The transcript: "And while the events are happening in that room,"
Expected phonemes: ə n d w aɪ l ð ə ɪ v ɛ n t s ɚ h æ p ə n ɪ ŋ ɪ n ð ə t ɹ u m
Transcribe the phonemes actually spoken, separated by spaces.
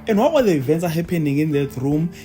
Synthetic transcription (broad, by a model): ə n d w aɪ w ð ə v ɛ n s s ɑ h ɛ p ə n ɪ ŋ ɪ n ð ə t ɹ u m